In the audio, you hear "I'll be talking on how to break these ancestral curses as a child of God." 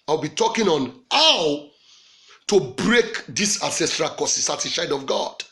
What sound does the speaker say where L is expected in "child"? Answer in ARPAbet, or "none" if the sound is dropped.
none